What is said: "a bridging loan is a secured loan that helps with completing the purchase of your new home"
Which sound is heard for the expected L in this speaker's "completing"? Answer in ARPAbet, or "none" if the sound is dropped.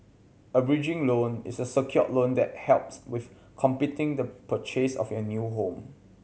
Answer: none